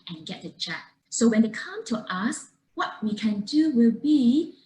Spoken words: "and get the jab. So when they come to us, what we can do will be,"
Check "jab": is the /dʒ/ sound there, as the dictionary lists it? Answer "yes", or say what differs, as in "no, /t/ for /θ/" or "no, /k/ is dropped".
no, /tʃ/ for /dʒ/